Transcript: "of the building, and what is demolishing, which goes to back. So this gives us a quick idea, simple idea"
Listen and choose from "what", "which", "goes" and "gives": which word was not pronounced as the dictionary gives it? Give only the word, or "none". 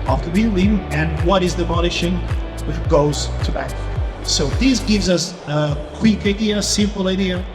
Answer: none